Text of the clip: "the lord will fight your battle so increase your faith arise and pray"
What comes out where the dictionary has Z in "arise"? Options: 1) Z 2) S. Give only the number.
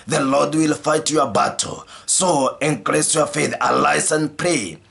2